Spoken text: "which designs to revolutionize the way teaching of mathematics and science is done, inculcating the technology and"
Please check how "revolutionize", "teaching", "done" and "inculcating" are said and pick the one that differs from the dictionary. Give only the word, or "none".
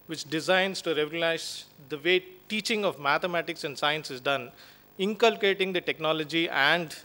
revolutionize